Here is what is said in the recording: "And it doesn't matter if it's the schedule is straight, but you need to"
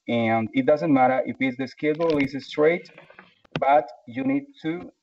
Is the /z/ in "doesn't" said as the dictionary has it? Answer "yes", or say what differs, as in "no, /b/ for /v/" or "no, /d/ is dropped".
yes